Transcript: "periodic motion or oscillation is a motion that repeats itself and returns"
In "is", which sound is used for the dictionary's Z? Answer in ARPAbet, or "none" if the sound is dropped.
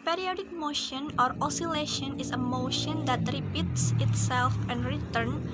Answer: S